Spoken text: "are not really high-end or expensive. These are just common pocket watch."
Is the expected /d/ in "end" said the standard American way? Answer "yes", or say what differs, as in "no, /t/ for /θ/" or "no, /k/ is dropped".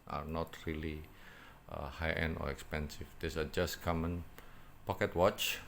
no, /d/ is dropped